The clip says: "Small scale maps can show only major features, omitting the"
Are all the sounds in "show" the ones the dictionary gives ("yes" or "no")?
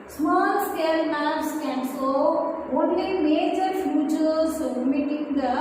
no